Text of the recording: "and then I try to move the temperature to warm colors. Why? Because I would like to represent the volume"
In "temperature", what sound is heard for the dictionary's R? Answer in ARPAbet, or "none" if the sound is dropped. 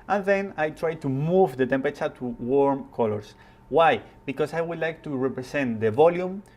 none